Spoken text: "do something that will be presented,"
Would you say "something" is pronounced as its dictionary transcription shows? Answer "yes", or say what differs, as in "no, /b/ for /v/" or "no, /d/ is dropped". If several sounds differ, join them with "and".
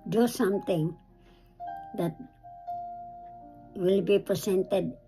no, /t/ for /θ/